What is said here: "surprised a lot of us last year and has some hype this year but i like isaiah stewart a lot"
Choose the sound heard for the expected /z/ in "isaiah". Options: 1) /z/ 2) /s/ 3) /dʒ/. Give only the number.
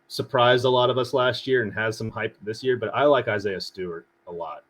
1